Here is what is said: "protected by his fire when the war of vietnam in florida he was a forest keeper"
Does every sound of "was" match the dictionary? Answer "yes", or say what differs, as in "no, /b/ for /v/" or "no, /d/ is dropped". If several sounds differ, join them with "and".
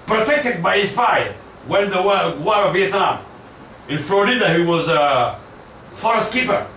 yes